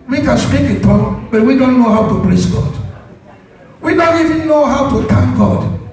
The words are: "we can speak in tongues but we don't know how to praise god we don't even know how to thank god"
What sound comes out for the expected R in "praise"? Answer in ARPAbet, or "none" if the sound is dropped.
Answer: L